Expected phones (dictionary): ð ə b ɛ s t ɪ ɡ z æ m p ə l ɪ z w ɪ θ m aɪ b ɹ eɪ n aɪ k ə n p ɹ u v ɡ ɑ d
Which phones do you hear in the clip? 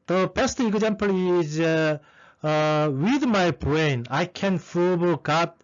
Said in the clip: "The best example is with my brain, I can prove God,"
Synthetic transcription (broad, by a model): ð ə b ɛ s t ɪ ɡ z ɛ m p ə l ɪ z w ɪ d m aɪ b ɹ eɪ n aɪ k ə n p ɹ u b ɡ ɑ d